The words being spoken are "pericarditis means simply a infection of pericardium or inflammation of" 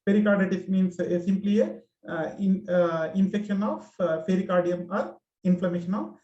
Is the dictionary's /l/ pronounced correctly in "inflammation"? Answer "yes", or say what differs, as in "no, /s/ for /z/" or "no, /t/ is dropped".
yes